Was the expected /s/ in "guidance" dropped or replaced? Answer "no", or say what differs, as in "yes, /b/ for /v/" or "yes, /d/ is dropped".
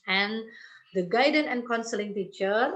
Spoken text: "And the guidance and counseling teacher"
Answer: yes, /s/ is dropped